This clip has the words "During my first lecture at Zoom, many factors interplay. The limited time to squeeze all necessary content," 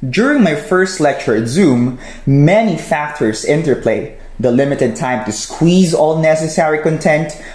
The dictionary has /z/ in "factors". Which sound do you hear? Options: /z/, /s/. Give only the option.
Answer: /s/